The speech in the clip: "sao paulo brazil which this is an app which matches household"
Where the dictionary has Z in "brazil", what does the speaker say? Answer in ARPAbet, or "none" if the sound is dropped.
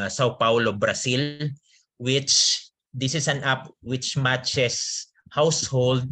S